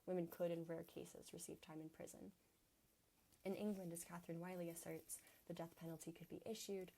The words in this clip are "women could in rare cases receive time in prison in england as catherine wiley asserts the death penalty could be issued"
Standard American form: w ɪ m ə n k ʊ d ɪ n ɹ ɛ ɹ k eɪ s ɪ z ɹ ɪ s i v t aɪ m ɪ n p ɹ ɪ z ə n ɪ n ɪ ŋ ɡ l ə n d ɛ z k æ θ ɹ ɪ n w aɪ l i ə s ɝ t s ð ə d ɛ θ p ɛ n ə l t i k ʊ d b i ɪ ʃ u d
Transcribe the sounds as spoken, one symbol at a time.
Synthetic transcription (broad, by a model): w ɪ m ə n k ʊ d ɪ n ɹ ɛ ɹ k eɪ s ɪ z ɹ ɪ s i v t aɪ m ɪ n p ɹ ɪ z ə n ɪ n ɪ ŋ ɡ l ə n d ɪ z k æ θ ɹ ɪ n w aɪ l i ə s ɝ t s ð ə d ɛ θ p ɛ n l t i k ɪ d b i ɪ ʃ u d